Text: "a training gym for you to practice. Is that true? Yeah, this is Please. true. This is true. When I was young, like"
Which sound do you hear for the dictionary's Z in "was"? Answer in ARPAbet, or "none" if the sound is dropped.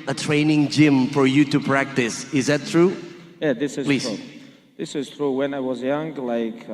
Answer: Z